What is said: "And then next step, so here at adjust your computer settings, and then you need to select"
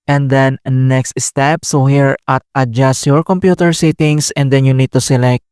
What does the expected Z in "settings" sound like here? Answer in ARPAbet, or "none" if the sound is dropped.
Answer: S